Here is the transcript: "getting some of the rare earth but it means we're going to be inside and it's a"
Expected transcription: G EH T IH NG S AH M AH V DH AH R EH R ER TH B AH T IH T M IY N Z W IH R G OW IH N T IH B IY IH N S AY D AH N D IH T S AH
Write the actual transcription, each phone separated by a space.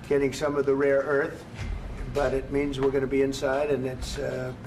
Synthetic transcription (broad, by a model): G EH T IH NG S AH M AH V DH AH R EH R ER TH B AH T IH T M IY N Z W IH R G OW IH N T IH B IY IH N S AY D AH N IH T S